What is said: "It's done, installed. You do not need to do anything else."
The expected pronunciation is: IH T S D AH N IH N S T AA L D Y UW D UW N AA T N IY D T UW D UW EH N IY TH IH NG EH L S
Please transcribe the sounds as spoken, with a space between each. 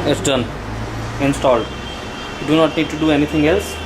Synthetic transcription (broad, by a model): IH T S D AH N IH N S T AA L D Y UW D UW N AA T N IY D T UW D UW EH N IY T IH NG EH L S